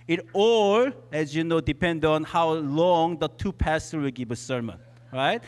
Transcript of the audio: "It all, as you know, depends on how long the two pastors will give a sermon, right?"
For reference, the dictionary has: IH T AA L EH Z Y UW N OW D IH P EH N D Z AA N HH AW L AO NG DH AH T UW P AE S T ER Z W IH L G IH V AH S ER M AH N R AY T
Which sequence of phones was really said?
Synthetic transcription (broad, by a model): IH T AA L EH Z Y UW N OW D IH P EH N D AA N HH AW L AO NG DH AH T UW P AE S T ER W IH L G IH V AH S ER M AH N R AY T